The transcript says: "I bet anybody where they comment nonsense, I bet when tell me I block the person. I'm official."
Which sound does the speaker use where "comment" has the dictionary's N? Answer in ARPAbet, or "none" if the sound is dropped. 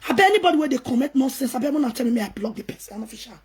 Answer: none